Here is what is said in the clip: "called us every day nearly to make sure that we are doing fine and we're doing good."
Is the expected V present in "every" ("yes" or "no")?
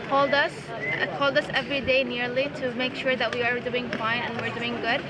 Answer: yes